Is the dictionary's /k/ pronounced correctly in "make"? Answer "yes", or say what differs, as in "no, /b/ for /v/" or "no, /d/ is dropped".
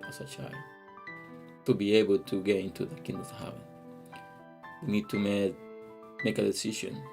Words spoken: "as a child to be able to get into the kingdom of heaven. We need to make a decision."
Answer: yes